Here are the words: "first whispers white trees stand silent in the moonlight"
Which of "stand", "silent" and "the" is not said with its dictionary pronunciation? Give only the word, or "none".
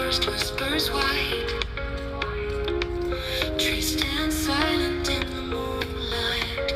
none